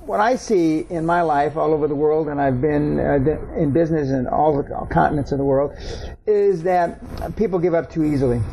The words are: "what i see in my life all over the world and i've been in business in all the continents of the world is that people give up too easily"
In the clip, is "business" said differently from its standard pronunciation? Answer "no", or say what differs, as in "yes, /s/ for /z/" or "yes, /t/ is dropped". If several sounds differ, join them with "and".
no